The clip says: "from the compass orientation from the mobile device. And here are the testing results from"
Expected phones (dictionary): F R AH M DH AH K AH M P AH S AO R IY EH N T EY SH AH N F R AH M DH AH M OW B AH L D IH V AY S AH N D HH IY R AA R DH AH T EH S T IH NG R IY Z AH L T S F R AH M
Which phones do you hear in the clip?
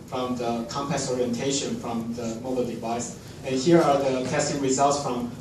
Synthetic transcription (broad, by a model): F R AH M DH AH K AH M P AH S AO R IY EH N T EY SH AH N F R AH M DH AH M OW B AH L D IH V AY S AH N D HH IY R AA R DH AH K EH S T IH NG R IY Z AH L T S F R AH M